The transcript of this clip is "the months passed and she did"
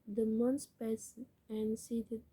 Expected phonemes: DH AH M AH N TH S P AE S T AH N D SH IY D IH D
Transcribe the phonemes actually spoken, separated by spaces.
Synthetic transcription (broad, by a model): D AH M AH N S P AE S AH N D S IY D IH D